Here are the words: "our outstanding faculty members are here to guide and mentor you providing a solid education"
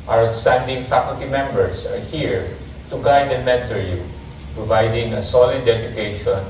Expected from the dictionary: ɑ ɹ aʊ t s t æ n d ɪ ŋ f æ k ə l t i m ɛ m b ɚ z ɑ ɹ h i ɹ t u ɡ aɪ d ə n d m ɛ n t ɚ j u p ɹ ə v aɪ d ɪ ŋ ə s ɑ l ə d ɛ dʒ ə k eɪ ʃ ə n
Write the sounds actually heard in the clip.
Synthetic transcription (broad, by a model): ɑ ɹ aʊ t s t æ n d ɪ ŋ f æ k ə l t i m ɛ m b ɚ s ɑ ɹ h i ɹ t u ɡ aɪ d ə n m ɛ n t ɚ j u p ɹ ə v aɪ d ɪ ŋ ə s ɑ l ə d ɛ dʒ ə k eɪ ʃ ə n